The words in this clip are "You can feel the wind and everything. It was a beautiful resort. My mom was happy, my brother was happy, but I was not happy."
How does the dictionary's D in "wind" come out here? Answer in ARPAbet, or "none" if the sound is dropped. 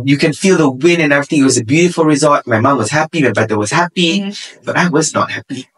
none